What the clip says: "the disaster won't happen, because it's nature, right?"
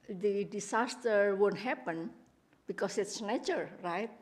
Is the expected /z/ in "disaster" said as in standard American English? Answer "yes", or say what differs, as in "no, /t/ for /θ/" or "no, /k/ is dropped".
no, /s/ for /z/